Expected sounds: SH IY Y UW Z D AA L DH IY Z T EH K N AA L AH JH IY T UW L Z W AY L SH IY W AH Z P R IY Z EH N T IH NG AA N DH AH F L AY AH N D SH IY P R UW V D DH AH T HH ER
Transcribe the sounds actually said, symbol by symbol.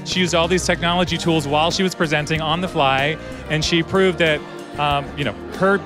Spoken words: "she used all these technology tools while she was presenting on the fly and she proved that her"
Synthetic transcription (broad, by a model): SH IY Y UW Z D AA L DH IY Z T EH K N AA L AH JH IY T UW L Z W AY L SH IY W AH Z P R IY Z EH N T IH NG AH N DH AH F L AY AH N SH IY P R UW V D DH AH T HH ER